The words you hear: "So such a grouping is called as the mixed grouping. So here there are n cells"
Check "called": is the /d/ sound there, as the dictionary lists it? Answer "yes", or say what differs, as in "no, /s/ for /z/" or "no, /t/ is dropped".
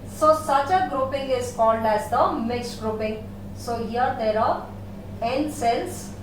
yes